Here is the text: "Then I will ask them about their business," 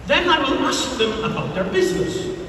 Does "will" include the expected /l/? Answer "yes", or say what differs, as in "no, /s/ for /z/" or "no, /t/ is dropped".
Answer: no, /n/ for /l/